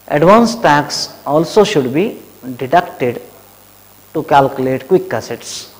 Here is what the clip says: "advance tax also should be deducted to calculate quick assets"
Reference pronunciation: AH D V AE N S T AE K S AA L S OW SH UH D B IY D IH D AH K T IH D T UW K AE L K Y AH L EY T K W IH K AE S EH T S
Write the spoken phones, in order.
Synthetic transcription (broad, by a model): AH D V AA N S T AE K S AA L S OW SH UH D B IY D IH D AH K T IH D T UW K AE L K Y AH L EY T K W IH K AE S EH T S